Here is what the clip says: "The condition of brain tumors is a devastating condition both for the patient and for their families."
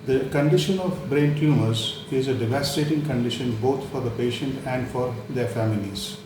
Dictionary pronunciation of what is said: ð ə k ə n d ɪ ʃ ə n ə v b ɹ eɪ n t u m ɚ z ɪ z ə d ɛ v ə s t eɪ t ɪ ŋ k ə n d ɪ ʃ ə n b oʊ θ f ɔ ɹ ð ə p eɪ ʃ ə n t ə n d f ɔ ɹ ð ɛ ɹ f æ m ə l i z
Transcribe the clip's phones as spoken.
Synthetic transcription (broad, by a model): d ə k ə n d ɪ ʃ ə n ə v b ɹ eɪ n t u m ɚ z ɪ z ə d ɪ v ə s t eɪ t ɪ ŋ k ə n d ɪ ʃ ə n b oʊ t f ɔ ɹ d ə p eɪ ʃ ə n t ə n d f ɔ ɹ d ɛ ɹ f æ m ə l i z